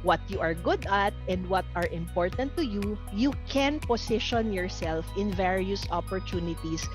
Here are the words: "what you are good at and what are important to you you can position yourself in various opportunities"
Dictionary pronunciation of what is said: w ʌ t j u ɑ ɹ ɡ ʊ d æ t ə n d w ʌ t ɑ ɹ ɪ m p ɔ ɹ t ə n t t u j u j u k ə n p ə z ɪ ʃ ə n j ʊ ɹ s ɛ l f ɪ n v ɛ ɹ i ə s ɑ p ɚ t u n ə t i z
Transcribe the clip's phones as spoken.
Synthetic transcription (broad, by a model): w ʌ t j u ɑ ɹ ɡ ʊ d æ t ə n d w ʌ t ɑ ɹ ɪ m p ɔ ɹ t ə n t t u j u j u k ə n p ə s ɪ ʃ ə n j ʊ ɹ s ɛ l f ɪ n v ɛ ɹ i ə s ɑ p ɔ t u n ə t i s